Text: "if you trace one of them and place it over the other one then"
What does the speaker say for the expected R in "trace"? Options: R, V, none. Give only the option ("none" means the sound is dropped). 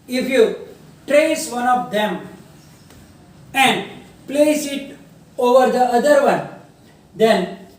R